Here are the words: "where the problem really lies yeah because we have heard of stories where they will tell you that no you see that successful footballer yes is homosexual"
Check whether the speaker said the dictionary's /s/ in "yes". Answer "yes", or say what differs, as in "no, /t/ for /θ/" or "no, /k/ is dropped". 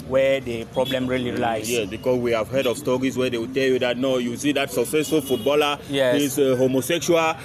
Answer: no, /s/ is dropped